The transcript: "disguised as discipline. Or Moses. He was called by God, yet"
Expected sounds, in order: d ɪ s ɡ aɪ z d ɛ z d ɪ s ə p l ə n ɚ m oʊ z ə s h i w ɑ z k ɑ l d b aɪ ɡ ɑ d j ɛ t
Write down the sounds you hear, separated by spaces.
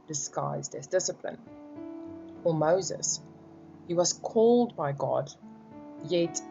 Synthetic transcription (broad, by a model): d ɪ s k aɪ z d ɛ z d ɪ s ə p l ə n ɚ m oʊ z ə s h i w ɑ z k ɑ l d b aɪ ɡ ɑ d j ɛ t